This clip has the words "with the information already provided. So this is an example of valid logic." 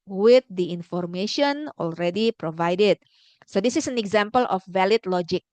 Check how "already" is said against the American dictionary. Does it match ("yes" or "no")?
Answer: yes